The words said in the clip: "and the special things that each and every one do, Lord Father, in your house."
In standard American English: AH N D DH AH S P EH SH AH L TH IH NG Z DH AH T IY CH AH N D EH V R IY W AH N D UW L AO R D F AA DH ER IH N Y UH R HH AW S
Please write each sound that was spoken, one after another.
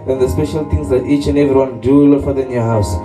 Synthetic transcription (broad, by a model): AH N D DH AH S P EH SH AH L T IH NG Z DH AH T IY CH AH N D EH V R IY W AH N D UW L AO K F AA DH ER IH N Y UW HH AW S